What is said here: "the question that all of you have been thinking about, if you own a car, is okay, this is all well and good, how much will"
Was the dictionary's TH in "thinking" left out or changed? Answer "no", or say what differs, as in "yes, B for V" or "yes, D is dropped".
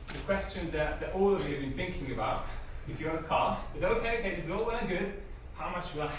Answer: no